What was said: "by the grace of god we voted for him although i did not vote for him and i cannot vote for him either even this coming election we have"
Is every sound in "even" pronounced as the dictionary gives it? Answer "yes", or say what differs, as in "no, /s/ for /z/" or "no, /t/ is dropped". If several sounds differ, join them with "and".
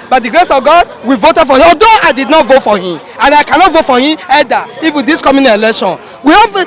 no, /w/ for /v/